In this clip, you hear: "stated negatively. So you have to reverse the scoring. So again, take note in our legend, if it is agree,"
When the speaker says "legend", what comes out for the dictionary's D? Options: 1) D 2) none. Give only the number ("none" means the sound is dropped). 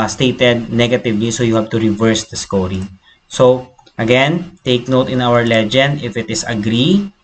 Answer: 1